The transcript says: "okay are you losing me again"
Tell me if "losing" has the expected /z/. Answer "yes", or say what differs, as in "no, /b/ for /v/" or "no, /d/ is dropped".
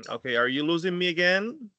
yes